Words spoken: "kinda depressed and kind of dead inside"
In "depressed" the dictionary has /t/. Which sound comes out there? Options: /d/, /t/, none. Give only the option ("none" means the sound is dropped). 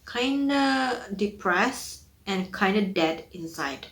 none